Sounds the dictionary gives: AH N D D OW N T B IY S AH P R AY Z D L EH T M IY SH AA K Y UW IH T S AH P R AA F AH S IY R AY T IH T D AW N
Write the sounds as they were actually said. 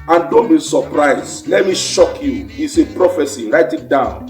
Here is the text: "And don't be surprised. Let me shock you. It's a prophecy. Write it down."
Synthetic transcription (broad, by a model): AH N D D OW N T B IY S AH P R AY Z L EH T M IY SH AA K Y UW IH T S AH P R AA F AH S IY R AY T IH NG D AW N